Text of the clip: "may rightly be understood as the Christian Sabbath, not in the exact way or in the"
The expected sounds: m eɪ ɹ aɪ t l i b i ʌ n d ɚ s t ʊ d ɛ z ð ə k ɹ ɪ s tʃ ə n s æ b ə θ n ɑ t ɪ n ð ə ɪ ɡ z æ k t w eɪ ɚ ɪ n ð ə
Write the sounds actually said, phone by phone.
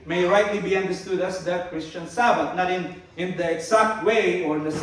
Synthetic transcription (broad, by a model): m eɪ ɹ aɪ t l i b i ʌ n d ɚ s t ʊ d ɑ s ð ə k ɹ ɪ s tʃ ə n s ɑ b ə t n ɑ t ɪ n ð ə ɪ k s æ k t w eɪ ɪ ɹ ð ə